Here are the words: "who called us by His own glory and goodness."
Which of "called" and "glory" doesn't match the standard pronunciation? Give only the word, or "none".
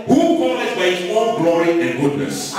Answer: called